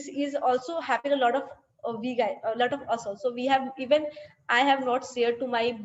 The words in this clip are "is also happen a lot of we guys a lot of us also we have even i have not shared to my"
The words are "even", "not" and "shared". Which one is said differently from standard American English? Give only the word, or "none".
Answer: shared